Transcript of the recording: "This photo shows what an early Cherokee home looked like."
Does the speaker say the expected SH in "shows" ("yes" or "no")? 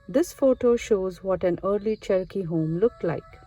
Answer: yes